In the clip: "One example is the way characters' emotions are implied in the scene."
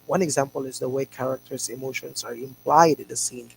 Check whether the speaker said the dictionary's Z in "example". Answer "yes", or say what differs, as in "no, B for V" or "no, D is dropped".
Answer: yes